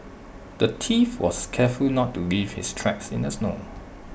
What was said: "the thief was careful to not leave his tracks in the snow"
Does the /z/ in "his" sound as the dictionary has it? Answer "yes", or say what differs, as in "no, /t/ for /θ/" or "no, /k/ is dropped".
no, /s/ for /z/